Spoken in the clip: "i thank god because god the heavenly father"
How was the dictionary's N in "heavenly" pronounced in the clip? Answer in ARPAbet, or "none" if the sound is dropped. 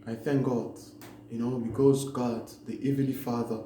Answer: none